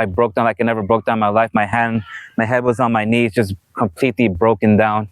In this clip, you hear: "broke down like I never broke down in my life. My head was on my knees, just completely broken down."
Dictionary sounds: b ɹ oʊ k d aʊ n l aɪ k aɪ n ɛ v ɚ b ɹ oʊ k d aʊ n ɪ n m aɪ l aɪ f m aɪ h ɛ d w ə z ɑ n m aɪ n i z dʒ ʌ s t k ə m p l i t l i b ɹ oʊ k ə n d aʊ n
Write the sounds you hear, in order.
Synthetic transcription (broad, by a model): b ɹ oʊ k d aʊ n aɪ k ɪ n ɛ v ɚ b ɹ oʊ k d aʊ ɪ n m aɪ l aɪ f m aɪ h ɛ d w ə z n m aɪ n i z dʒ ʌ s k ə m p l i t l i b ɹ oʊ k ə n d aʊ n